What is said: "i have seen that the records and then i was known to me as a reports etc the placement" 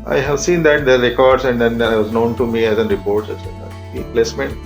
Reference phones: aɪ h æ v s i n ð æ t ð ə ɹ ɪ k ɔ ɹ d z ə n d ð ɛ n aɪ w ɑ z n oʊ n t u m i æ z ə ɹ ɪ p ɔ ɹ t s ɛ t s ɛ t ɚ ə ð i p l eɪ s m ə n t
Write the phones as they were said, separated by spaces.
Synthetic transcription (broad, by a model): aɪ h æ v s i n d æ t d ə ɹ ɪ k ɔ ɹ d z ə n d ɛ n aɪ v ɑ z n oʊ n t u m i æ z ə ɹ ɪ p ɔ ɹ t ɛ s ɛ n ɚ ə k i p l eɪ s m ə n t